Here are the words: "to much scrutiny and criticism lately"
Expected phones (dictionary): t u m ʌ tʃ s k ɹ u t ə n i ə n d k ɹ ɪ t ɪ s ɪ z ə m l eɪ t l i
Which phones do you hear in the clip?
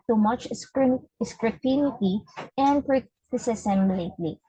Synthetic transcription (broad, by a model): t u m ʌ tʃ s k ɹ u t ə n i ə n d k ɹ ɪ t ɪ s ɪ s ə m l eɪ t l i